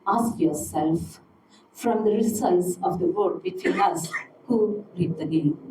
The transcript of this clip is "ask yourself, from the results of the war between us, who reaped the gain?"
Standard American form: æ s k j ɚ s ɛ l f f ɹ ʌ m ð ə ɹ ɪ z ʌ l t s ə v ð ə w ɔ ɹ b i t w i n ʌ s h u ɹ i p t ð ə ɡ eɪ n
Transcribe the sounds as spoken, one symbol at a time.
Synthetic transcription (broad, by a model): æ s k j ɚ s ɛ l f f ɹ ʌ m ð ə ɹ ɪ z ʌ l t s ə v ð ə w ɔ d b i t w i n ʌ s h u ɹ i t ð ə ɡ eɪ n